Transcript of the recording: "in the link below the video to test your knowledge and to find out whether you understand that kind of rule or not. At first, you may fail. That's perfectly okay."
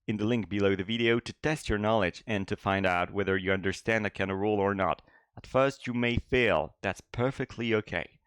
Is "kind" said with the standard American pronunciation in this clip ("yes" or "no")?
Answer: no